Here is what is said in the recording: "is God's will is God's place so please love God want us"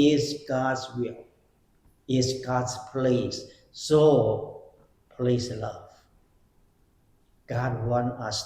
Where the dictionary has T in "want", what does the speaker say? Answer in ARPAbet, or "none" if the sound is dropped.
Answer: none